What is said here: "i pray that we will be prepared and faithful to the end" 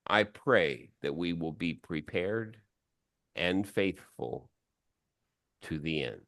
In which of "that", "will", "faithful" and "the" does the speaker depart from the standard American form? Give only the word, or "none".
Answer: none